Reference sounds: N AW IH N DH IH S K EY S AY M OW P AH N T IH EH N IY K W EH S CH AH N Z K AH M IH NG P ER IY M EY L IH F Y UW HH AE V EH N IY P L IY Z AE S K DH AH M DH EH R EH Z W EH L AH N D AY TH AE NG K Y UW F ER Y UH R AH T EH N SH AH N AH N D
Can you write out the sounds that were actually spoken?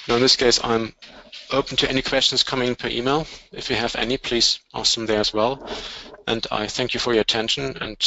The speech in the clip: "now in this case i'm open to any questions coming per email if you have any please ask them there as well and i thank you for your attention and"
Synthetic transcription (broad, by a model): N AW IH N DH IH S K EY S AY M OW P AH N T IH EH N IY K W EH S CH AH N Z K AH M IH NG P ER IY M EY L IH F Y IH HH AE V EH N IY P L IY Z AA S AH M DH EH R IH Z W EH L AH N D AY TH AE NG K Y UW F ER Y AH T EH N SH AH N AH N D